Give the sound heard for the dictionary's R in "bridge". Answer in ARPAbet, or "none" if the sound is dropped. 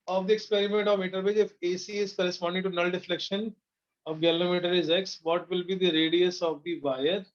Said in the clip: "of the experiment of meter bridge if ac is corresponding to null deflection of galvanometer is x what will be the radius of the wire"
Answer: none